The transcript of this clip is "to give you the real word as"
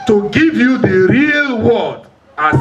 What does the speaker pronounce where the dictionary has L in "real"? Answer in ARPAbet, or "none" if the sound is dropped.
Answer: L